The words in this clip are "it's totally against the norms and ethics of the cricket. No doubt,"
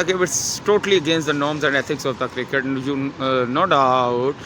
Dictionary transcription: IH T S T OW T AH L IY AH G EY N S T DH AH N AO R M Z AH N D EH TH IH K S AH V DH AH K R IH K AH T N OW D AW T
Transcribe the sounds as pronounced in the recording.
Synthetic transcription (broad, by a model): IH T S T OW T AH L IY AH G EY N S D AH N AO R M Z AH N D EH T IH K S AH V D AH K R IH K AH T N OW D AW T